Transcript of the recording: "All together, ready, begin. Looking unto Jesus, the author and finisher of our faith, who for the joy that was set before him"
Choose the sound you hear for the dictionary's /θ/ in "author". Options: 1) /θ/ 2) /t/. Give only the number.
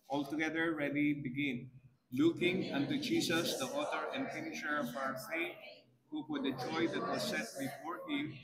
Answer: 2